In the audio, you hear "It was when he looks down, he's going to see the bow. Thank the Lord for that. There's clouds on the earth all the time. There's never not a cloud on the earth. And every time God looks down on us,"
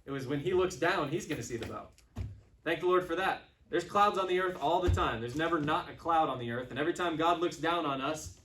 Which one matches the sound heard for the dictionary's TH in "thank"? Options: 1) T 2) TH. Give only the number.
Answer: 2